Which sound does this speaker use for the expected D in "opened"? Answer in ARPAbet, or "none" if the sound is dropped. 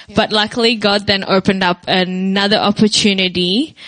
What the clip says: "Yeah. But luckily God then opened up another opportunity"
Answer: D